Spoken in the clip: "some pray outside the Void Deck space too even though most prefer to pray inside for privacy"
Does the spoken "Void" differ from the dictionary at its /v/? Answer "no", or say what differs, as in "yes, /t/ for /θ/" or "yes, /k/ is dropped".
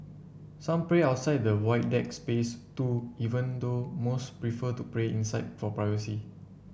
yes, /w/ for /v/